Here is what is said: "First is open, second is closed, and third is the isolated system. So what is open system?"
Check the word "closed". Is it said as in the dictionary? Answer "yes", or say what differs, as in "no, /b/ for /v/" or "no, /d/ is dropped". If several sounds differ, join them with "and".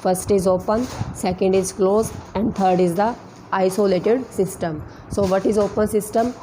no, /d/ is dropped